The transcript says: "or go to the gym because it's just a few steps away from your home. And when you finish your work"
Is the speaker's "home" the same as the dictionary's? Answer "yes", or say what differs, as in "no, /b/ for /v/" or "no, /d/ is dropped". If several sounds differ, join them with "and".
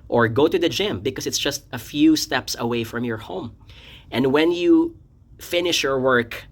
yes